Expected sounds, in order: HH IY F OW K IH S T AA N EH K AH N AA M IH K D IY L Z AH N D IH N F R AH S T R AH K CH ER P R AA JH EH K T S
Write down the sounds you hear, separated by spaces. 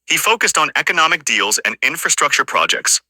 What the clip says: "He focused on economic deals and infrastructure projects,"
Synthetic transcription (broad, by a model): HH IY F OW K IH S T N EH K AH N AA M IH K D IY L Z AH N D IH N F R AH S T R AH K CH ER P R AA JH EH K T S